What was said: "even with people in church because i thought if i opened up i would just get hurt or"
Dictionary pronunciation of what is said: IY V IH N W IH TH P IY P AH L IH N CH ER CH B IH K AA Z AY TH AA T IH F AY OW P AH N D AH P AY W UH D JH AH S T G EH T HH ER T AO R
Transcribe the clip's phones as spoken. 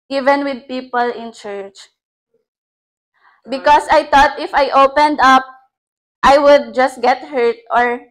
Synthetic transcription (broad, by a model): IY V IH N W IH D P IY P AH L IH N CH ER CH B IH K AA S AY T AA T IH F AY OW P AH N D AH P AY W UH D JH AH S T G EH T HH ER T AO R